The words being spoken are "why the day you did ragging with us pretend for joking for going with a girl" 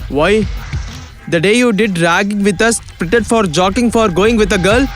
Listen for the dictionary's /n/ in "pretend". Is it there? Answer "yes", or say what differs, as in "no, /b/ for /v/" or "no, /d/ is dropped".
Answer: no, /n/ is dropped